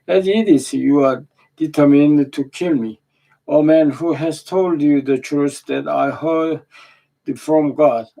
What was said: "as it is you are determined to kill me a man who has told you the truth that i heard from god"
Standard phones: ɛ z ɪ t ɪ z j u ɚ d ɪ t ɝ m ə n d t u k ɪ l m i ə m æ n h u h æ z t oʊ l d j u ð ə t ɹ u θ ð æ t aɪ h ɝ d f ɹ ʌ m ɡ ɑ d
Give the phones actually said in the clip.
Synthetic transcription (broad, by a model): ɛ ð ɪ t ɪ s j u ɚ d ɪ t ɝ m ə n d t u k ɪ l m i ə m æ n h u h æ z t oʊ l d j u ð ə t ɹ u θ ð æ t aɪ h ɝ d f ɹ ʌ m ɡ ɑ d